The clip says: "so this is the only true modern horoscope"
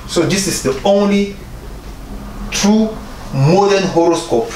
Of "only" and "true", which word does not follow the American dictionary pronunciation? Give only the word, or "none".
none